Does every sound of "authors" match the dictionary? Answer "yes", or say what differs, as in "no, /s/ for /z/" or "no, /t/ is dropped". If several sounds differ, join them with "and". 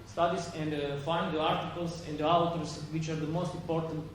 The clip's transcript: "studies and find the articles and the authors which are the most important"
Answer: no, /t/ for /θ/